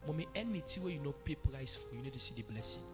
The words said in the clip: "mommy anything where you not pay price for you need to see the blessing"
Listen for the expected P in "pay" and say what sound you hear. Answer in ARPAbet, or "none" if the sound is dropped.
P